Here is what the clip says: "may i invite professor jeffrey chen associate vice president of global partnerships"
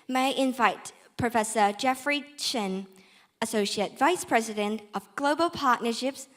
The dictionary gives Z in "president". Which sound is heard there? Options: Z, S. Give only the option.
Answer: Z